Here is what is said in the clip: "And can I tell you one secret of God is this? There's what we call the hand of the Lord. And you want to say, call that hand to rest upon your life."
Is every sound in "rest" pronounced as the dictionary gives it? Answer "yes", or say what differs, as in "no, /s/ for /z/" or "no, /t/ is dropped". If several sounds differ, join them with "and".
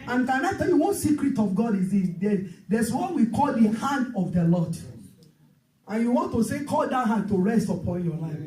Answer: yes